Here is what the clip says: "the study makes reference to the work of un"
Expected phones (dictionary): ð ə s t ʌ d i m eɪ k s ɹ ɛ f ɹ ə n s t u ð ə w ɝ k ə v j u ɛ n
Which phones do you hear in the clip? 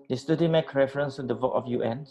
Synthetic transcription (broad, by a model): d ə s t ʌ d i m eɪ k ɹ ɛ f ɹ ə n s t u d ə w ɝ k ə f j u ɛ n